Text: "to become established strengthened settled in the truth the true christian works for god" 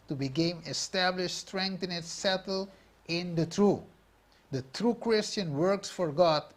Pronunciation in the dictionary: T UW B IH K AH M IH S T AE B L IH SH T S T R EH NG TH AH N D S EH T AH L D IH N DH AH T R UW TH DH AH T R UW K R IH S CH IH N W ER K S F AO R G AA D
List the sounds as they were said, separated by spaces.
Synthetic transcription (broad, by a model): T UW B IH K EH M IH S T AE B L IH SH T S T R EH NG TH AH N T S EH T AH L IH N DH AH T R UW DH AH T R UW K R IH S CH IH N W ER K S F AO R G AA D